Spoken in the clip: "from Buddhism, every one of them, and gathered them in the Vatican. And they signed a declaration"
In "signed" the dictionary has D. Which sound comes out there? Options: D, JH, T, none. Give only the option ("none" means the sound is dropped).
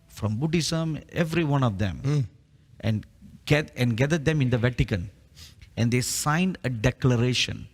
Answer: D